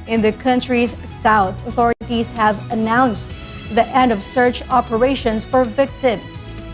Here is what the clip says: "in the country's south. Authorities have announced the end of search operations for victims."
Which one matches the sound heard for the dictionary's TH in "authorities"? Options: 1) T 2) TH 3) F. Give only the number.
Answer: 2